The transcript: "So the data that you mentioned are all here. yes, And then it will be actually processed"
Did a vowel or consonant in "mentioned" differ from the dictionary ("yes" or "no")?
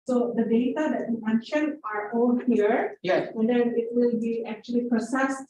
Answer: yes